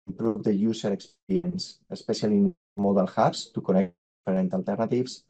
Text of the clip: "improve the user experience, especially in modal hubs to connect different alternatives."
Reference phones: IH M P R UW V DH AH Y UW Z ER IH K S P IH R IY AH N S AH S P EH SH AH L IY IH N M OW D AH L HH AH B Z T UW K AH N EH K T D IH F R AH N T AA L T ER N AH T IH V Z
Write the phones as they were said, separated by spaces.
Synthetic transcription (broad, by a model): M P R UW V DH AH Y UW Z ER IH K S P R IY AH N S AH S P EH S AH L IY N M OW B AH L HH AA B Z T UW K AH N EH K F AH R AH N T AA L T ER N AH T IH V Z